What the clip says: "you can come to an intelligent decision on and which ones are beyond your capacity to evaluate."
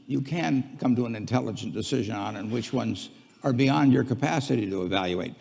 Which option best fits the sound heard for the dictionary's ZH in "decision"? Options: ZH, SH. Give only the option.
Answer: ZH